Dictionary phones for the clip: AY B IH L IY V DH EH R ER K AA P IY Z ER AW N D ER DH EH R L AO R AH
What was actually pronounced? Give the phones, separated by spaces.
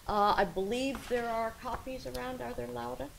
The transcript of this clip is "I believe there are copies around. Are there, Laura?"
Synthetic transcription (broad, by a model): AY B IH L IY V DH EH R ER K AA P IY Z ER AW N D ER DH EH R L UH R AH